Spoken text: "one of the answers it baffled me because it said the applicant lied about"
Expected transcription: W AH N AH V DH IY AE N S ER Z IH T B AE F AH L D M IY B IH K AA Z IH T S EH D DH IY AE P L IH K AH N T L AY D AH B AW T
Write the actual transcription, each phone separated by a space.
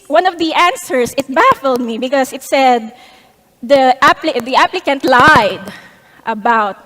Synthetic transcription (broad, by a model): W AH N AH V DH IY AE N S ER S IH T B AE F AH L D M IY B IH K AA S IH T S EH D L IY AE P L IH K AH N T L AY D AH B AW T